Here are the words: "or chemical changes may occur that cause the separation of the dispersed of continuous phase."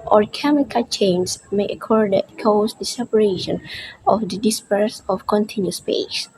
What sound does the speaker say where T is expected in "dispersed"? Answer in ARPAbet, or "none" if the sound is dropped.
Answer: none